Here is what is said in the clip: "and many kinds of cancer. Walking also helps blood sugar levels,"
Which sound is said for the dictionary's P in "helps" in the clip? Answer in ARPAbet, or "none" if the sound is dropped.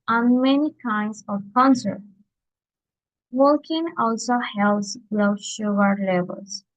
none